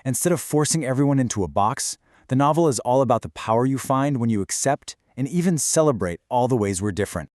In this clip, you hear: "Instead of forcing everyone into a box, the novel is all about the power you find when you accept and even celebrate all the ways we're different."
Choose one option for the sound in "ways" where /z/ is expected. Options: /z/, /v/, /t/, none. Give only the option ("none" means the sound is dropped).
/z/